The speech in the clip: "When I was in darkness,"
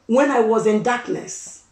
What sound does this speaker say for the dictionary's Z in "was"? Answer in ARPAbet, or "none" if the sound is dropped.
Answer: Z